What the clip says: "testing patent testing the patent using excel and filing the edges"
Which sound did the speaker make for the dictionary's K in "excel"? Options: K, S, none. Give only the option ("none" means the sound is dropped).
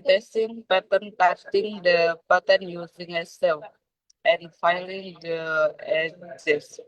none